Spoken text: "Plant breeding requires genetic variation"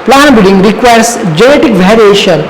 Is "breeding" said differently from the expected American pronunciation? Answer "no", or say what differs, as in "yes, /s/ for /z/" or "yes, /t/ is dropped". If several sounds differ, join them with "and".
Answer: yes, /ɹ/ is dropped